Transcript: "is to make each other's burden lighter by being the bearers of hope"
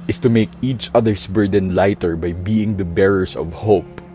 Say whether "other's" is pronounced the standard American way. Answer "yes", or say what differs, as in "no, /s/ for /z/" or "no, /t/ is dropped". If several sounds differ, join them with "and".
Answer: no, /s/ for /z/